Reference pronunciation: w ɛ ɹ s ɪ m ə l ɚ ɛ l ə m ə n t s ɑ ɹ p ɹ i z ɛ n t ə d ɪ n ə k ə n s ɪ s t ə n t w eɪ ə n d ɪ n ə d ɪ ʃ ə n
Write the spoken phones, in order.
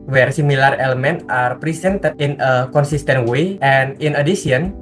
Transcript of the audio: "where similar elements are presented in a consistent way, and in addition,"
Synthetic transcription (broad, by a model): w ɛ ɹ s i m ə l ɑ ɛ l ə m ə n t ɑ ɹ p ɹ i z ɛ n t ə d ɪ n ə k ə n s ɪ s t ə n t w eɪ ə n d ɪ n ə d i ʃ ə n